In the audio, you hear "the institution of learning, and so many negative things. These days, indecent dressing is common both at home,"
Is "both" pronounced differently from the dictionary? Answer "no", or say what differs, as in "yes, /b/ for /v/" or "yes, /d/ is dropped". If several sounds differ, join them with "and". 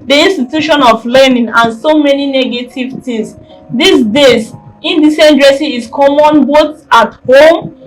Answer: yes, /t/ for /θ/